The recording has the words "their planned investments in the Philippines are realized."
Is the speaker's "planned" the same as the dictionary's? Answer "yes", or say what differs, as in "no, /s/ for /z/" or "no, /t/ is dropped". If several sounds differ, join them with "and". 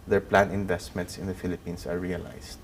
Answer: no, /d/ is dropped